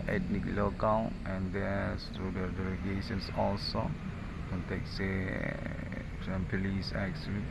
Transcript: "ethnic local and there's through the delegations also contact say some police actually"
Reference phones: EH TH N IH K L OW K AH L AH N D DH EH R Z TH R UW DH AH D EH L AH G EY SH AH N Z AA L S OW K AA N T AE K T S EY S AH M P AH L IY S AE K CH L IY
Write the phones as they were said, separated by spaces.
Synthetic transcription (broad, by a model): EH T N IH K L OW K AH N AH N D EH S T R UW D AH D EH L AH G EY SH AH N S AA L S OW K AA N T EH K S EY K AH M P AH L IY S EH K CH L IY